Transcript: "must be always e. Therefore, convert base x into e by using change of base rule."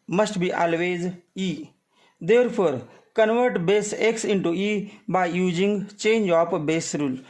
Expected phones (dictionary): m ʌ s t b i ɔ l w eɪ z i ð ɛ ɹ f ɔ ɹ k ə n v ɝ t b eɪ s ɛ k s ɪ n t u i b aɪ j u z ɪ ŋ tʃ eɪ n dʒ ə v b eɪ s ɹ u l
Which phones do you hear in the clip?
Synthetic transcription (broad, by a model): m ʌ s t b i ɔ l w eɪ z i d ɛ ɹ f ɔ ɹ k ə n v ɝ t b eɪ s ɛ k s ɪ n t u i b aɪ j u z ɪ ŋ tʃ eɪ n dʒ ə p b eɪ s ɹ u l